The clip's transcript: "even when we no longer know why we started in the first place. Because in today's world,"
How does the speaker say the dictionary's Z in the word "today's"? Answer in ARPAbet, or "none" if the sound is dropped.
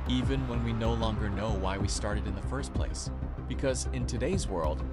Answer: Z